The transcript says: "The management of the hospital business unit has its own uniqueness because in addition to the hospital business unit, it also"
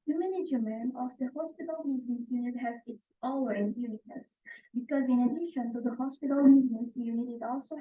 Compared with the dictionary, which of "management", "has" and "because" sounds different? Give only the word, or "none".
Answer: management